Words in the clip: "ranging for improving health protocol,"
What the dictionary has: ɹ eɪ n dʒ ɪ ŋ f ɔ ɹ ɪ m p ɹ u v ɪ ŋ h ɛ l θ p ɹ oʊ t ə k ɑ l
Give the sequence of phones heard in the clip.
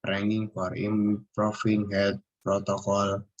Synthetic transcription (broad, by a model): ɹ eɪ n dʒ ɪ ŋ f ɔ ɹ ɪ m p ɹ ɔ f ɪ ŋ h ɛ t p ɹ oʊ t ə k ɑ l